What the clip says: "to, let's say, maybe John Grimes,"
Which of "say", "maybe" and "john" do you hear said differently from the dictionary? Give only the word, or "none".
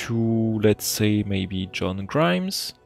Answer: none